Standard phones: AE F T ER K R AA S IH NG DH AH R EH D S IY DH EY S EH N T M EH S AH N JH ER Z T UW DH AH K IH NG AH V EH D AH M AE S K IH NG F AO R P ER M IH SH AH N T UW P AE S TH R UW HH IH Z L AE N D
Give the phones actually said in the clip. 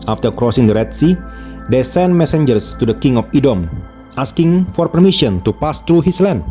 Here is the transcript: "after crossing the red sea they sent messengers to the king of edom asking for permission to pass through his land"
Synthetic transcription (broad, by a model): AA F T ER K R AA S IH NG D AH R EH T S IY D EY S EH N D M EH S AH N JH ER S T UW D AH K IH NG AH F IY D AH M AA S K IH NG F AO R P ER M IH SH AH N T UW P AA S T R UW HH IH S L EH N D